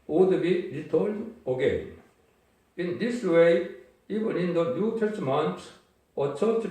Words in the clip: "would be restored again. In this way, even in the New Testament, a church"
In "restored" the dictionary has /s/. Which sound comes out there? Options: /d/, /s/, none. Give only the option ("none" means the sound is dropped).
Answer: none